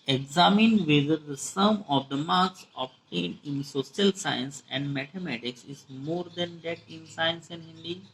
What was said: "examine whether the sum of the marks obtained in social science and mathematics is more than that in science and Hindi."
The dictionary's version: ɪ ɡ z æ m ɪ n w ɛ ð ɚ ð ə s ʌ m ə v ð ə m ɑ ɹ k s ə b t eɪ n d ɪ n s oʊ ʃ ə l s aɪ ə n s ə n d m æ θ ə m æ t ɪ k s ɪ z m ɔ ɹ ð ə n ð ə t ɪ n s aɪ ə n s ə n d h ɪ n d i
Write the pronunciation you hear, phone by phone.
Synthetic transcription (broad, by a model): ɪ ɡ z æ m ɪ n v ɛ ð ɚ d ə s ʌ m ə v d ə m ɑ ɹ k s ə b t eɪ n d ɪ n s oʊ s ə l s aɪ ə n s ə n d m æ t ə m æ t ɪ k s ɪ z m ɔ ɹ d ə n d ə t ɪ n s aɪ ə n s ə n d h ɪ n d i